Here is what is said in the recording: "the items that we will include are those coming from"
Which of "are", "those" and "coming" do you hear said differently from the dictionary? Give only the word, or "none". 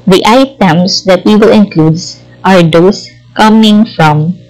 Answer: those